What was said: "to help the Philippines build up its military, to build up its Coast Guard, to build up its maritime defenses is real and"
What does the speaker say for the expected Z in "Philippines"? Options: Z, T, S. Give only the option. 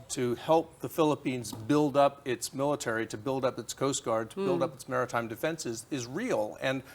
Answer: Z